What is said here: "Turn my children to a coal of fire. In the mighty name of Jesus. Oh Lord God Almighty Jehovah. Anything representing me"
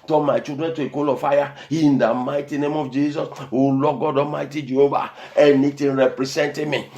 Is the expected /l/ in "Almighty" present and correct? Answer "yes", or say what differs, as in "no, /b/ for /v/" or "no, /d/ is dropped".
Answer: no, /l/ is dropped